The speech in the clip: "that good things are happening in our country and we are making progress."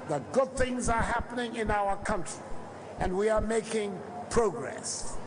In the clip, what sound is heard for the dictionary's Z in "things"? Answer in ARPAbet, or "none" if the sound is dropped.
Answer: Z